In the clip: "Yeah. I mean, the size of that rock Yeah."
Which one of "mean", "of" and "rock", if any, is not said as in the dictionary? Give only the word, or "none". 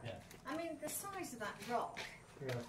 none